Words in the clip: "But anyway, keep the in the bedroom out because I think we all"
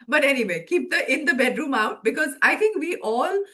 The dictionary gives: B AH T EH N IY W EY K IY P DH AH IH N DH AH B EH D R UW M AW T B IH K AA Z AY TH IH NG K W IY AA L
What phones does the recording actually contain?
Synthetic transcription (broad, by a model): B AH T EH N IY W EY K IY P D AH IH N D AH B EH D R UW M AW T B IH K AA Z AY T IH NG K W IY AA L